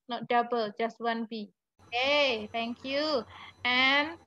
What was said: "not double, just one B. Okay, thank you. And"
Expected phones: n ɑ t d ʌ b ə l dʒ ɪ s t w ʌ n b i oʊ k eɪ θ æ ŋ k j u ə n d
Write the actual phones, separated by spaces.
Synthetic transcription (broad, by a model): n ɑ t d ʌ b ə l dʒ ɪ s t w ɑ n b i oʊ k eɪ t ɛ ŋ k j u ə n